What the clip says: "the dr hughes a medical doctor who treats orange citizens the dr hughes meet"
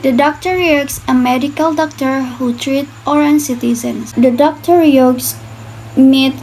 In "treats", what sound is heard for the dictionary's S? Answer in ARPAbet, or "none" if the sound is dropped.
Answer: none